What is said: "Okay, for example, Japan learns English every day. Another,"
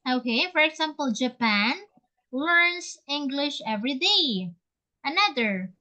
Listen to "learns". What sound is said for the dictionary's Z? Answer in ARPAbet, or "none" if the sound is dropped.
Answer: S